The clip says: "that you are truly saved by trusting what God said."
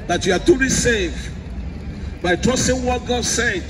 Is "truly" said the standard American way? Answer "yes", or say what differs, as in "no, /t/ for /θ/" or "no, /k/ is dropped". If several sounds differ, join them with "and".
no, /ɹ/ is dropped